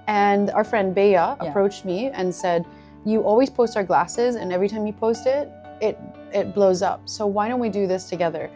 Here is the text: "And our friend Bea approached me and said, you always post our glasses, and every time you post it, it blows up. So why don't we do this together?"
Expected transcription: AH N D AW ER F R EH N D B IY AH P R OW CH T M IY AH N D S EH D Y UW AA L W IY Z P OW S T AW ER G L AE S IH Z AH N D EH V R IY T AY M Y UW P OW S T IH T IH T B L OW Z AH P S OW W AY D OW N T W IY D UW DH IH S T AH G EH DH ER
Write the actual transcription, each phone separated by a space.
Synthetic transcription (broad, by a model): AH N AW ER F R EH N D B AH AH P R OW CH T M IY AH N S EH D Y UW AA L W IY Z P OW S T AW ER G L AE S IH Z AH N EH V R IY T AY M Y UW P OW S T IH T IH T B L OW Z AH P S OW W AY D OW N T W IY D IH DH IH S T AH G EH DH ER